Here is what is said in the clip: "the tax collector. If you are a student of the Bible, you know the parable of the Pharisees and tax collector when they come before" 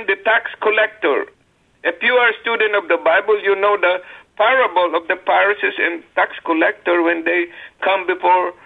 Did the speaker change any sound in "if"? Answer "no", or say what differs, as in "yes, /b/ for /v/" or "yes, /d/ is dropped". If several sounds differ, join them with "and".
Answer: yes, /p/ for /f/